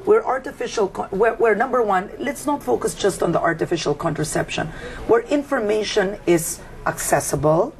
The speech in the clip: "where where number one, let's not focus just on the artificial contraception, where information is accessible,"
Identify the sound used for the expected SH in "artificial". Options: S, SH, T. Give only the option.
SH